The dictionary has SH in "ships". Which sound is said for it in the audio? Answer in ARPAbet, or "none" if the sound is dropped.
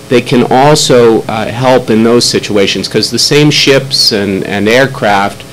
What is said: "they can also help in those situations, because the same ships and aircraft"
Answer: SH